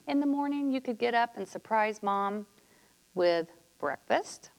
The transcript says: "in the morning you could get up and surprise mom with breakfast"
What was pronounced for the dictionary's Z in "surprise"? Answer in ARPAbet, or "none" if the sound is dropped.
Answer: Z